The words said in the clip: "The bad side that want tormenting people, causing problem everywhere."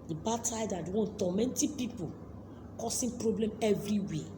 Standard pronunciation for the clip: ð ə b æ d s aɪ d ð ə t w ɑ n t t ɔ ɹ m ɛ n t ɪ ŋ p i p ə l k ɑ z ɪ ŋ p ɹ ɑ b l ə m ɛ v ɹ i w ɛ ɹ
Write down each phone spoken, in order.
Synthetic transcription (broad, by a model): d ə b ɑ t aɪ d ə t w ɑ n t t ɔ m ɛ n t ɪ p i p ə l k ɑ s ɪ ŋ p ɹ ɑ b l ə m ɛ v ɹ i w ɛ